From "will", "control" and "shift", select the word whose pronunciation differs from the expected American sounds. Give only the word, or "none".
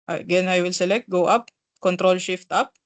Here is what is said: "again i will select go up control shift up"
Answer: none